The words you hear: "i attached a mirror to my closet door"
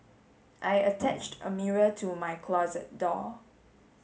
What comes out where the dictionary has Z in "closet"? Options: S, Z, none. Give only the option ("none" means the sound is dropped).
Z